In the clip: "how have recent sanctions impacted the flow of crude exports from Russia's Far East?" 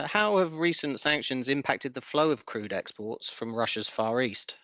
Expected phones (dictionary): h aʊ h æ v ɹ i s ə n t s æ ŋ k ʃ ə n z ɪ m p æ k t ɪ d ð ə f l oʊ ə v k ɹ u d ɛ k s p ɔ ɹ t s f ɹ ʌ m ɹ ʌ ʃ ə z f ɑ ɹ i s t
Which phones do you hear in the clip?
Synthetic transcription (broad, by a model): h aʊ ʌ v ɹ i s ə n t s æ ŋ k ʃ ə n z ɪ m p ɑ k t ɪ d ð ə f l oʊ ə v k ɹ u d ɛ k s p ɔ t s f ɹ ʌ m ɹ ʌ ʃ ə z f ɑ ɹ i s t